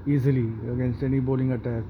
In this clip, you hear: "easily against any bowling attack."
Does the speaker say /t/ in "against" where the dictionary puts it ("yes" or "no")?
yes